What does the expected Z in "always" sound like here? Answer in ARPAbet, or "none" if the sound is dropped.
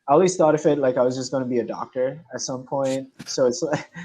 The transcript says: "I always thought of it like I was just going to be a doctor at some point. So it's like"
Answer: S